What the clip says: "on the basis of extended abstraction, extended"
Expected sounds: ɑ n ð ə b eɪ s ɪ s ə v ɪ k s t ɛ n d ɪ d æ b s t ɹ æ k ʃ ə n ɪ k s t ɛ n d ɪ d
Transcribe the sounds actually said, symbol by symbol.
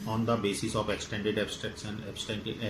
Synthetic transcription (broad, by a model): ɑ n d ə b eɪ s ɪ s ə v ɪ k s t ɛ n d ɪ d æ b s t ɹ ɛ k s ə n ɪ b s t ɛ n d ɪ